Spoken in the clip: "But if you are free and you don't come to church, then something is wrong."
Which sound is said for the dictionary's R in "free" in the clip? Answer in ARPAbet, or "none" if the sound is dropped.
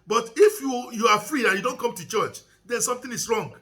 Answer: R